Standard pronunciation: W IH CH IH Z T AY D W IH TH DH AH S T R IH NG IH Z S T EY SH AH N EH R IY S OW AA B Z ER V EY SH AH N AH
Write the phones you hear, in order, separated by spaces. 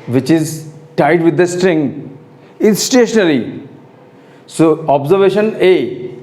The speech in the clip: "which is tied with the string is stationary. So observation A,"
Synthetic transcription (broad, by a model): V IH CH IH Z T AY D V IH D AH S T R IH NG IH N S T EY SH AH N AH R IY S OW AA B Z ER V EY SH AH N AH